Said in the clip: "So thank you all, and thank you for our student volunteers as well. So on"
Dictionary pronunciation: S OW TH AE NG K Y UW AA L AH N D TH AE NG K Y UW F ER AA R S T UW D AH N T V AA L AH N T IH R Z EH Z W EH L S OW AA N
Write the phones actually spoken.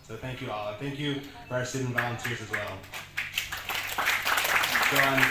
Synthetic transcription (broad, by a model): S OW TH AE NG K Y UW AA L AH TH AE NG K Y UW F ER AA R S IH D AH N V AA L AH N T IH R Z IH Z W EH L S OW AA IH